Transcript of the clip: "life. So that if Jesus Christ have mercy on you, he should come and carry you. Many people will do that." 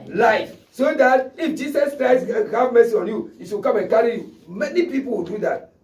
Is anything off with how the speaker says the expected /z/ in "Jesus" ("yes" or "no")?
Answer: yes